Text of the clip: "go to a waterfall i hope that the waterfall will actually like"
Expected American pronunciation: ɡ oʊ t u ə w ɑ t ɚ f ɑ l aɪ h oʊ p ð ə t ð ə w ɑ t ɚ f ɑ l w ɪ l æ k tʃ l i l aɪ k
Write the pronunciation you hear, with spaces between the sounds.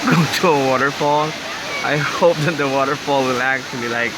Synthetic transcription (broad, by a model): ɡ oʊ t u ə w ɑ t ɚ f ɑ l aɪ h oʊ p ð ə t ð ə w ɑ t ɚ f ɑ l w ɪ l æ k tʃ l i l aɪ k